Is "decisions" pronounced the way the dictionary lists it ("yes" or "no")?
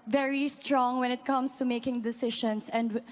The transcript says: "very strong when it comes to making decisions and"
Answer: no